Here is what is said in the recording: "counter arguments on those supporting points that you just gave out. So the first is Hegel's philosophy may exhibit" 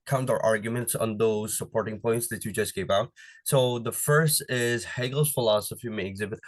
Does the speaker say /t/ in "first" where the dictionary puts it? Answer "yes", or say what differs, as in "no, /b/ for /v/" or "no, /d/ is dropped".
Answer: yes